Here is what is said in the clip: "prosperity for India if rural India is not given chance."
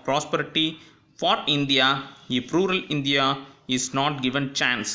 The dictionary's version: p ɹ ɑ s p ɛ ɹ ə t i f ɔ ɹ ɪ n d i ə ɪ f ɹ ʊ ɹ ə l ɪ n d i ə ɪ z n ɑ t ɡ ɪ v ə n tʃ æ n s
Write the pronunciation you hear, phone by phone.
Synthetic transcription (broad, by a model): p ɹ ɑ s p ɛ ɹ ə t i f ɔ ɹ ɪ n d i ə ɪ p ɹ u ɹ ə l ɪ n d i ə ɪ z n ɑ t ɡ ɪ v ə n tʃ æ n s